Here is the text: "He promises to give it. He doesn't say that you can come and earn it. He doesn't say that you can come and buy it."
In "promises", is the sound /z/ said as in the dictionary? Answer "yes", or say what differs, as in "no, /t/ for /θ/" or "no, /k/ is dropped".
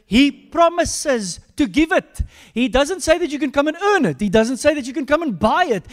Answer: yes